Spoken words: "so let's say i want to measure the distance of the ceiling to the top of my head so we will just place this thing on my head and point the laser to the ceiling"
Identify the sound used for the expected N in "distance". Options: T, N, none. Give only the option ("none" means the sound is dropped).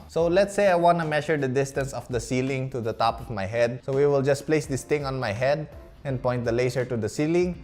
N